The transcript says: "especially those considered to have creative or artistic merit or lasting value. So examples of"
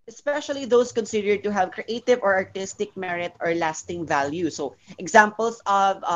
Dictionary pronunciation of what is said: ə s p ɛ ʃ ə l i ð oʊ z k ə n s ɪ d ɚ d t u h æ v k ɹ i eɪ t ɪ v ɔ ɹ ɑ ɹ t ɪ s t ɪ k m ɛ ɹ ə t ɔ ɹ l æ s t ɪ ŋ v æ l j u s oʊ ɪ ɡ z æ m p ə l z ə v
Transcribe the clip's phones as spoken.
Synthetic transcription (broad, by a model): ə s p ɛ ʃ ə l i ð oʊ s k ə n s ɪ d ɚ d t u h æ v k ɹ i eɪ t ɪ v ɔ ɹ ɑ ɹ t ɪ s t ɪ k m ɛ ɹ ə t ɔ ɹ l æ s t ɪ ŋ v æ l j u s oʊ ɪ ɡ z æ m p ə l s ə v